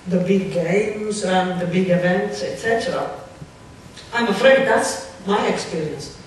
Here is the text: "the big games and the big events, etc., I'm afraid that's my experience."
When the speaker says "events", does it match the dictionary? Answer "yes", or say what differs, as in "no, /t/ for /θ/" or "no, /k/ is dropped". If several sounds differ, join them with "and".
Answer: yes